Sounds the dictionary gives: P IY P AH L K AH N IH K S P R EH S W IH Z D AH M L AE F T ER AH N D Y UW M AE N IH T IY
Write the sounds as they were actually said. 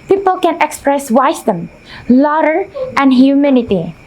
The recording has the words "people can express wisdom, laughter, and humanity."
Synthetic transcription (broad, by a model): P IY P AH L K AH N IH K S P R EH S W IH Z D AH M L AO T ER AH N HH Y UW M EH N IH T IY